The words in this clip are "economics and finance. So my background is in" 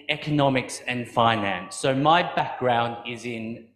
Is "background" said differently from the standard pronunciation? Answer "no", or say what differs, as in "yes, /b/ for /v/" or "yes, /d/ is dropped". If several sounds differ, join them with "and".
no